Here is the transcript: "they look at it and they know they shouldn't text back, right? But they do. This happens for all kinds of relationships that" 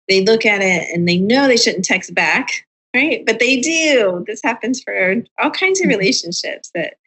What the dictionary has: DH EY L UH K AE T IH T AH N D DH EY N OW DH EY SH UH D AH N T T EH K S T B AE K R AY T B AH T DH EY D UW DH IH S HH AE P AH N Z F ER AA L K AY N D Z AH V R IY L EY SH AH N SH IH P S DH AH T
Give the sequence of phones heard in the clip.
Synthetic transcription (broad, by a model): DH EY L UH K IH T IH T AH N DH EY N OW DH EY SH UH D N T T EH K S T B AE K R AY T B AH T DH EY D UW DH IH S HH AE P AH N Z F ER AA L K AY N D Z AH V R IY L EY SH AH N SH IH P S DH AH T